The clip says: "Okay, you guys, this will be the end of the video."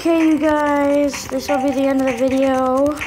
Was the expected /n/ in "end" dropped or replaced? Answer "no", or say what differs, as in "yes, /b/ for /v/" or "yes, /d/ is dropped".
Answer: no